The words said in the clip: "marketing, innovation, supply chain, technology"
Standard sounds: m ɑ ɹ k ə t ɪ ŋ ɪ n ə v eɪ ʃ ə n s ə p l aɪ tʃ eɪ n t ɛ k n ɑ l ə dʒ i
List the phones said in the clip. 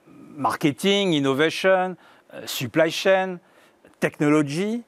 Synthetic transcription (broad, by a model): m ɑ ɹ k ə t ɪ ŋ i n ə v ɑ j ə n s ə p l aɪ ʃ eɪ n t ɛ k n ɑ l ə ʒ i